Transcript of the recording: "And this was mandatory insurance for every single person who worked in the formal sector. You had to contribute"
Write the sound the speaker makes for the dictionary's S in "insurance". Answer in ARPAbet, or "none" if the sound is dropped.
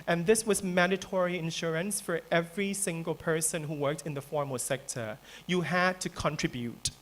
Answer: S